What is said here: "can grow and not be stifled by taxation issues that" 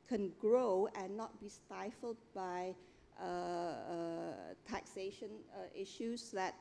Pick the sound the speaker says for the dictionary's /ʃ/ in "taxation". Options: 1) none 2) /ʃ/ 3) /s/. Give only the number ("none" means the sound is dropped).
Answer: 2